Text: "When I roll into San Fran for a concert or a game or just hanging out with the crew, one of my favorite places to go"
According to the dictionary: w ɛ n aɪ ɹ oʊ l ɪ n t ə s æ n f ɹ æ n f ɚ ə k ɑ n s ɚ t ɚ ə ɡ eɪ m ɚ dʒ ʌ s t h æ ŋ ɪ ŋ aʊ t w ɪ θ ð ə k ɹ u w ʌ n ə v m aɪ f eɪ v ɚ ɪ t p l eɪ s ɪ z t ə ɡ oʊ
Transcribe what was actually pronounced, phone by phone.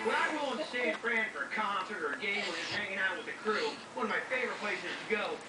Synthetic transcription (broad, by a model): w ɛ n aɪ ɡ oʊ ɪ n s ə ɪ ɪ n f ɹ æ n f ɚ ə k ɑ n s ɚ t ɚ ɡ eɪ m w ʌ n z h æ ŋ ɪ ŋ aʊ t w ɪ ð ə k ɹ u w ʌ n ə v m aɪ f eɪ v ɚ ɪ t p l eɪ s ɪ z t ɡ oʊ